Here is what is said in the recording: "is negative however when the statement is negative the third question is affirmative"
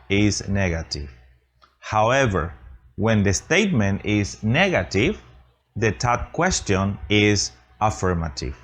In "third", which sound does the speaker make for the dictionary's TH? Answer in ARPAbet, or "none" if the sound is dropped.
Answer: T